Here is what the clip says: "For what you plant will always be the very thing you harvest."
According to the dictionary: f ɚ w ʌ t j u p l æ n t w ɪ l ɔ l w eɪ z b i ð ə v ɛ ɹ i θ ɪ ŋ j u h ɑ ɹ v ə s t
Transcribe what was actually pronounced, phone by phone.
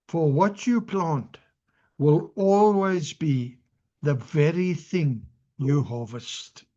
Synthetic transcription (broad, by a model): f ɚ w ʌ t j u p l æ n t w ɪ l ɔ l w eɪ z b i ð ə v ɛ ɹ i θ ɪ ŋ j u h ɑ v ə s t